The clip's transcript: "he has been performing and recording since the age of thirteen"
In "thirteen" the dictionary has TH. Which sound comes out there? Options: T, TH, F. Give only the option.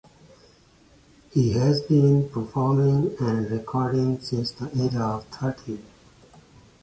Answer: T